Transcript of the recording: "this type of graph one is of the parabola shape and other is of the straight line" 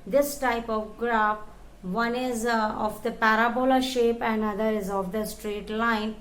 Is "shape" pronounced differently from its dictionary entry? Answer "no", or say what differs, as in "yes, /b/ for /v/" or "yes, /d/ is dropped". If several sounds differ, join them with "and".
no